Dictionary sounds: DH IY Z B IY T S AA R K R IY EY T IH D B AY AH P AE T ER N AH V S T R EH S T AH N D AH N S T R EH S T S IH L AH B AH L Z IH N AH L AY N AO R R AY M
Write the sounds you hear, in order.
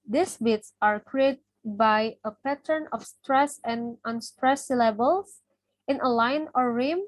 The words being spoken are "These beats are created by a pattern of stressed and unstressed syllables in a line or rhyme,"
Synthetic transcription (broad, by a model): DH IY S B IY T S AA R K R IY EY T B AY AH P AE T ER N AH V S T R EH S AH N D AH N S T R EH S S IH L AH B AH L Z IH N AH L AY N AO R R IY M